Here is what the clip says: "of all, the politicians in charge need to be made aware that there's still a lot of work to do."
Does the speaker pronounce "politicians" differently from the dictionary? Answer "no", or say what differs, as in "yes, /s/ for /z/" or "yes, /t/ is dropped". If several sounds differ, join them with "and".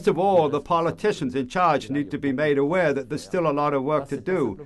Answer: no